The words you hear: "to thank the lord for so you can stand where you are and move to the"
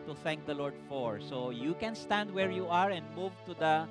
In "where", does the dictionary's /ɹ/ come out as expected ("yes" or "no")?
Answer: yes